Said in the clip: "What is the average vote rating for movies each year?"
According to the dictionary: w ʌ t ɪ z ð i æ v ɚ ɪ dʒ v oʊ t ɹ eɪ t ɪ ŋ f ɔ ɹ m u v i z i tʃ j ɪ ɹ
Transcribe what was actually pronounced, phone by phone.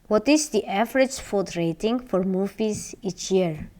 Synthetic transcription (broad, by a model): w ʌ t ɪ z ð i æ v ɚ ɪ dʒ f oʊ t ɹ eɪ t ɪ ŋ f ɔ ɹ m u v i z i tʃ j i ɹ